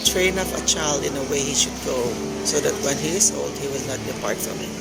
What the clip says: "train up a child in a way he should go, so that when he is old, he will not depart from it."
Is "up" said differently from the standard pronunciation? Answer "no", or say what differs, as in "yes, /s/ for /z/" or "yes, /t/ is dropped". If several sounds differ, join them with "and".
yes, /f/ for /p/